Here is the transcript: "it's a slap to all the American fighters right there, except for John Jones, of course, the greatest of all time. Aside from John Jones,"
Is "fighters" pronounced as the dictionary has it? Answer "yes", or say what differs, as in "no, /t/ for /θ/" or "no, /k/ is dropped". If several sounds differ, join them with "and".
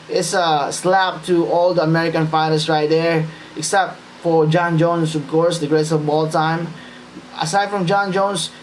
no, /s/ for /z/